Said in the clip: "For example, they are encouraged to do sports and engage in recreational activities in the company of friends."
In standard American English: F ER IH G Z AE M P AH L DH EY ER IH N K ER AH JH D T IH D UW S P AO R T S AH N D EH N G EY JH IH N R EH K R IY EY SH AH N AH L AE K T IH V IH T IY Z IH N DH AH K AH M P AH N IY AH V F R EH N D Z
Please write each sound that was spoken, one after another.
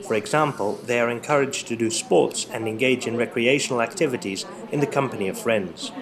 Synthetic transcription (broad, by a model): F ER IH G Z AE M P AH L DH EY ER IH N K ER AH JH T IH D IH S P AO R T S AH N EH N G EY JH IH N R EH K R IY EY SH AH N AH L AE K T IH V IH T IY Z IH N DH AH K AH M P AH N IY AH V F R EH N D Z